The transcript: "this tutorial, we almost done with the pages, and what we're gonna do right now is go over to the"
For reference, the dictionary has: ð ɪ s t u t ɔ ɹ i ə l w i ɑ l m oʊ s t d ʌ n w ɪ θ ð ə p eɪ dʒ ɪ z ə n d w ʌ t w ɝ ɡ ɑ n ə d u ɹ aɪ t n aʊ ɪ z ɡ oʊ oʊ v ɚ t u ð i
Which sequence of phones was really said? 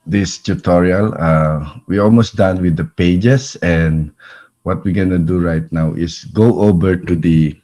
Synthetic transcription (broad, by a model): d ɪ s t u t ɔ ɹ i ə l w i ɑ l m oʊ s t d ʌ n w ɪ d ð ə p eɪ dʒ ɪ s ə n d w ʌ t w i ɡ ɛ n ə d u ɹ aɪ t n aʊ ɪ s ɡ oʊ oʊ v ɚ t u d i